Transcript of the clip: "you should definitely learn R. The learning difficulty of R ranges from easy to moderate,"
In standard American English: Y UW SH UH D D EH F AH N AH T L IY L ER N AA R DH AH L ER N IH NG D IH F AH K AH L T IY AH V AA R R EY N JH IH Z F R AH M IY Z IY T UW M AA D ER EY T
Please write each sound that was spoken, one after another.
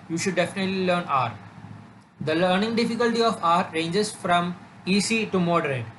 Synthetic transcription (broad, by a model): Y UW SH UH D D EH F AH N AH T L IY L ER N AA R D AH L ER N IH NG D IH F AH K AH L T IY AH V AA R R EY N JH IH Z F R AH M IY S IY T UW M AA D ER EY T